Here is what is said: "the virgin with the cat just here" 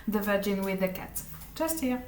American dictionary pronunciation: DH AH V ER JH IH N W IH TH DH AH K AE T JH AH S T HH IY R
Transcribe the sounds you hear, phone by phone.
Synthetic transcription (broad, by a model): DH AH V ER JH IH N W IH DH AH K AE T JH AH S T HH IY